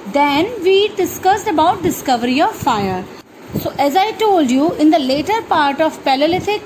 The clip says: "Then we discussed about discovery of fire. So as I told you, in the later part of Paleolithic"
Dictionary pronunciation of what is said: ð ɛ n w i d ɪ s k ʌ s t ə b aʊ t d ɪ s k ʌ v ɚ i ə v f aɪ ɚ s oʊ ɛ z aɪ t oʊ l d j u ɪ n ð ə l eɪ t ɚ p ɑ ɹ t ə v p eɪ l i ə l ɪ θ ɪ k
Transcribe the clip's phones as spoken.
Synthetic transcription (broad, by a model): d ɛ n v i d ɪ s k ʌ s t ə b aʊ t d ɪ s k ʌ v ɚ i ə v f aɪ ɚ s oʊ ɛ z aɪ t oʊ l d j u ɪ n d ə l eɪ t ɚ p ɑ ɹ t ə v p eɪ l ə l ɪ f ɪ k